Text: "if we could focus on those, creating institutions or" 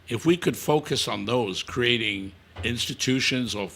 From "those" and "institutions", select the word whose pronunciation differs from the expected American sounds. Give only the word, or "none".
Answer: none